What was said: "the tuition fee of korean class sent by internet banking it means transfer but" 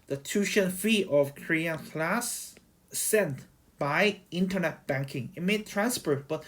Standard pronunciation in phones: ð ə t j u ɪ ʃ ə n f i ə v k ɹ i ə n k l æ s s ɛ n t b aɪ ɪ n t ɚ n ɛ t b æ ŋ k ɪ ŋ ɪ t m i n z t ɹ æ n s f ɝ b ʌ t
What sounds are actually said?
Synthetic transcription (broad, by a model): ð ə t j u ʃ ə n f i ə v k ɹ i ə n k l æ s s ɛ n t b aɪ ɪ n t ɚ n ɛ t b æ ŋ k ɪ ŋ ɪ t m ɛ t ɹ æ n s p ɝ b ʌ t